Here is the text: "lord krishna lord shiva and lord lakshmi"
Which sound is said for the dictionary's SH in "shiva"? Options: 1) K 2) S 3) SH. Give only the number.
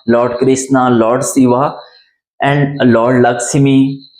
2